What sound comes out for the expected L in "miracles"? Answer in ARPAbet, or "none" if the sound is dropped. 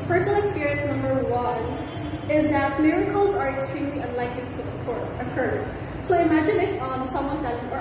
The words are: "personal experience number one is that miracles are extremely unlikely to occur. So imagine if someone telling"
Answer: L